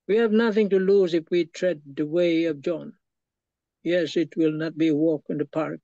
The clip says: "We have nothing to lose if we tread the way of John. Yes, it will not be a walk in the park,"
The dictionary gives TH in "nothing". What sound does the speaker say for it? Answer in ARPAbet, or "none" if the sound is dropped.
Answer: TH